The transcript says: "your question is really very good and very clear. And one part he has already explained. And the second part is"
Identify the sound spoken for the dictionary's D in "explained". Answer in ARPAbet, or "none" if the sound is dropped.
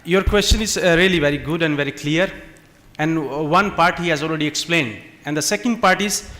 D